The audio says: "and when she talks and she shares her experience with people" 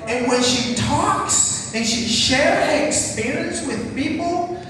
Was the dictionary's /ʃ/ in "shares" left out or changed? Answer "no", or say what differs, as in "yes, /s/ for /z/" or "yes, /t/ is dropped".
no